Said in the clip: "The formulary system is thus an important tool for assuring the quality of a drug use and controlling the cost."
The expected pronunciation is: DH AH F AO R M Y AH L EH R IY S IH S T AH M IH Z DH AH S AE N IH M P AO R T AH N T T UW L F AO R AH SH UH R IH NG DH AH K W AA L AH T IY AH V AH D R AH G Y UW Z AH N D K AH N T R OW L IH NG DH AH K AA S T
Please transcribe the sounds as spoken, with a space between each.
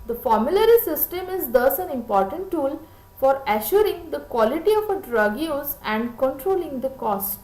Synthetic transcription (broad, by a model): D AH F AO R M Y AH L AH R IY S IH S T AH M IH Z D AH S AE N IH M P AO R T AH N T T UW L F AO R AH SH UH R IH NG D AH K W AA L AH T IY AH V AH D R AH G Y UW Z AH N D K AH N T R OW L IH NG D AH K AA S T